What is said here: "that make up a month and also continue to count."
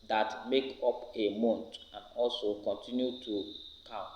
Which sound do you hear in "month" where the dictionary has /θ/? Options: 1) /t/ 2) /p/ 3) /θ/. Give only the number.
1